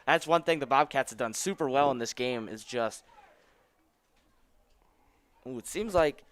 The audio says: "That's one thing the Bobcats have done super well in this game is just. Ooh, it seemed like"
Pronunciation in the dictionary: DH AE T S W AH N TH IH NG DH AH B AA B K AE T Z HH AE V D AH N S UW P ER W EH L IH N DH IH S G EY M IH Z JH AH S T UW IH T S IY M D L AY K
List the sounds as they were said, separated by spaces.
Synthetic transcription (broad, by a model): DH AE T S W AH N TH IH NG DH AH B AA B K AE T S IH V D AH N S UW P ER W EH L IH N DH IH S G EY M IH Z JH AH S T UW IH T S IY M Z L AY K